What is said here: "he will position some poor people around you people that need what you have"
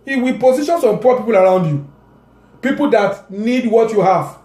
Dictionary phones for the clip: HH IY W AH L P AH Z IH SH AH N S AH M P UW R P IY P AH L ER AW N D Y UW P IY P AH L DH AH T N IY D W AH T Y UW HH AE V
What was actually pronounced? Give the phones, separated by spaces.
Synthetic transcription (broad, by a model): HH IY W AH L P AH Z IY SH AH N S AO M P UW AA P IY P AH L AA AW N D Y UW P IY P AH L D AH T N IY D W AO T Y UW HH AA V